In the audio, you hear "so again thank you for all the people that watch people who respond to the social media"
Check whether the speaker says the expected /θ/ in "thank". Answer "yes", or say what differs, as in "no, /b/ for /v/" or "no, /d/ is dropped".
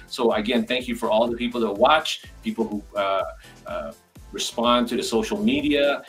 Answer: yes